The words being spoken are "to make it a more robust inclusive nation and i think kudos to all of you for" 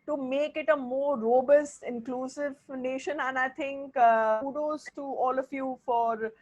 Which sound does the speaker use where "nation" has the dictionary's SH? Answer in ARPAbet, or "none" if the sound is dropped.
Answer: SH